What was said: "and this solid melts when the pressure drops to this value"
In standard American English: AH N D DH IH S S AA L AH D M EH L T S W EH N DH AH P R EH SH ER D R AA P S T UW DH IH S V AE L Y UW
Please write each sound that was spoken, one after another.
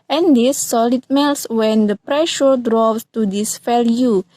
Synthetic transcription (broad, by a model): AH N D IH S S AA L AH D M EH L S W EH N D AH P R EH SH ER D R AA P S T UW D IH S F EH L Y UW